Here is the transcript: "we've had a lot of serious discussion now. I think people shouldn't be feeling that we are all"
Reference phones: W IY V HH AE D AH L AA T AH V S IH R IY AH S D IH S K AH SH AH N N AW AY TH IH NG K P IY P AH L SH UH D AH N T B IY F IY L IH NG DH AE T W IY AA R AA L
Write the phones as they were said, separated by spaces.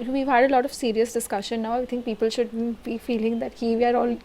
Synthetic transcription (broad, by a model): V IY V HH AE D AH L AA T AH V S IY R IY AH S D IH S K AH SH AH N N AW AY T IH NG K P IY P AH L SH UH D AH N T B IY F IY L IH NG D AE T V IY AA R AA L